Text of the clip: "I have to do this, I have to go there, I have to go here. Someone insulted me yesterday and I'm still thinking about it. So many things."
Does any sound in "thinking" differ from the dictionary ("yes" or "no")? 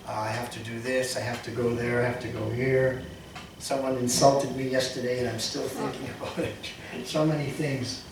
no